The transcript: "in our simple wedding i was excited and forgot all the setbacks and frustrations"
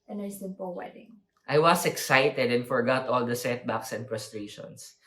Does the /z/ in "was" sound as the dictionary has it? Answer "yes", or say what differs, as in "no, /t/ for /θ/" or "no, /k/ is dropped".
no, /s/ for /z/